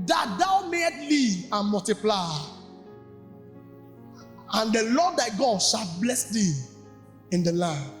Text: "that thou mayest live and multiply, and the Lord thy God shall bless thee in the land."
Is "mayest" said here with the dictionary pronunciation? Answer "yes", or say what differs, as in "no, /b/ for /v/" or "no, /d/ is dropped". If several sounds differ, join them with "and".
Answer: no, /s/ is dropped